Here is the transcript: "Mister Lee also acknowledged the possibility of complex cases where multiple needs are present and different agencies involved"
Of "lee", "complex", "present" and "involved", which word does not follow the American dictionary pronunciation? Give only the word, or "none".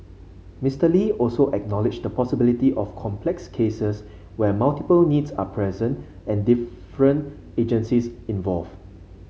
involved